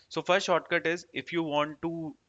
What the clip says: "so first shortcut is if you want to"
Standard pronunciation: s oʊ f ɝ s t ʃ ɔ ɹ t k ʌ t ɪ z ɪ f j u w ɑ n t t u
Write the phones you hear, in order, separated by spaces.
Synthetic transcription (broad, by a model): s oʊ f ɝ s t ʃ ɔ ɹ t k ʌ t ɪ z ɪ f j u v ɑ n t t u